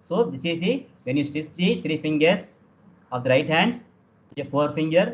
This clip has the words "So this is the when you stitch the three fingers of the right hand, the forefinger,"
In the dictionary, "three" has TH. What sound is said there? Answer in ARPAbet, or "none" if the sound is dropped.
T